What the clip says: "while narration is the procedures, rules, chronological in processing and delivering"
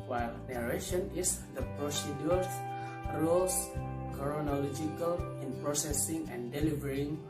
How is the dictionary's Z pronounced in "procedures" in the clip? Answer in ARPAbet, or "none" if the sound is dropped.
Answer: none